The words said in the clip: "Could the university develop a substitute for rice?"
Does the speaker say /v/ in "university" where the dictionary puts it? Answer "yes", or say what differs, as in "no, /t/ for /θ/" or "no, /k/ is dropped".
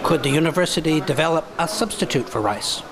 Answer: yes